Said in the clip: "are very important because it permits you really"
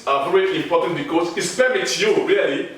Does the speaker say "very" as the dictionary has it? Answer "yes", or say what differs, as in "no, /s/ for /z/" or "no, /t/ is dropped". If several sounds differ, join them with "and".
yes